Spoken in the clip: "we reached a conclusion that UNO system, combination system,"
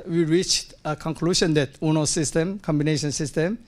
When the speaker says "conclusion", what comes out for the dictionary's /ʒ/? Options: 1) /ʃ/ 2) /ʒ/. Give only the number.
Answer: 1